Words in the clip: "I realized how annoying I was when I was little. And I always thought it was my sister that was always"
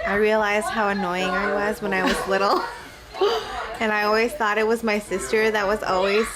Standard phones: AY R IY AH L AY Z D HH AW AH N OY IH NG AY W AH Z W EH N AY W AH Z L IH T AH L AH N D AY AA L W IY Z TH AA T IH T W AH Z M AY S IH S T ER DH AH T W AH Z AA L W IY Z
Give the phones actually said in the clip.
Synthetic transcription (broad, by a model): AY R IY AH L AY Z D HH AW AH N OY IH NG AY W AH Z W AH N AY W AH Z L IH T L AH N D AY AA L W IY Z TH AA T IH T W AH Z M AY S IH S T ER DH AH T W AH Z AA L W IY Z